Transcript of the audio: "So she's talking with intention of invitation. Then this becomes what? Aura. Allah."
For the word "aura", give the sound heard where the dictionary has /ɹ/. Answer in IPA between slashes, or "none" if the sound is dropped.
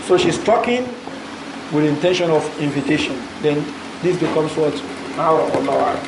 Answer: none